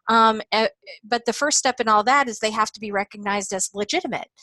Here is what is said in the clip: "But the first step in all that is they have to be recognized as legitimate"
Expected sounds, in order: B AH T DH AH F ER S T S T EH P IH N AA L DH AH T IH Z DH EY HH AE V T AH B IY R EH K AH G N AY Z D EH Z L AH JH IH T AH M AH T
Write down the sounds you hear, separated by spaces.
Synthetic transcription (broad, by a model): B AH T DH AH F ER S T S T EH P IH N AA L DH AH T IH Z DH EY HH AE F T AH B IY R EH K AH G N AY Z D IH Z L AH JH IH T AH M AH T